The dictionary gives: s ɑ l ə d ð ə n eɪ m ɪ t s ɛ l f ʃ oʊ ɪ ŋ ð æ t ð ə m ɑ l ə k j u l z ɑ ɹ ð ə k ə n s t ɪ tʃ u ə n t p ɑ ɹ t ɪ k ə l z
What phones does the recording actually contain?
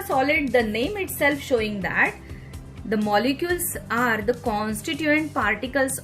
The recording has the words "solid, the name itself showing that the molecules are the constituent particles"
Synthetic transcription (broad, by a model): s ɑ l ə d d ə n eɪ m ɪ t s ɛ l f ʃ oʊ ɪ ŋ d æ t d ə m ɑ l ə k j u l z ɑ ɹ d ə k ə n s t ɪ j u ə n t p ɑ ɹ t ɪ k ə l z